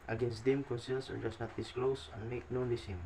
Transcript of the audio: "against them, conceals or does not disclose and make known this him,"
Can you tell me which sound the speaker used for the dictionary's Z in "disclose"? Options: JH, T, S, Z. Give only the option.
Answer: S